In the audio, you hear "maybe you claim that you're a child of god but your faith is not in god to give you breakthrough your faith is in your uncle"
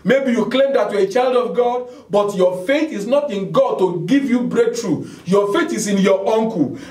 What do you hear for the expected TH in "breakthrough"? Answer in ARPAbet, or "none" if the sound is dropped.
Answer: T